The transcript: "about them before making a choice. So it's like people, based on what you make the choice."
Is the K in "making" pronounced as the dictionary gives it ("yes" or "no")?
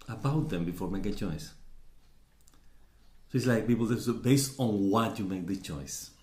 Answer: no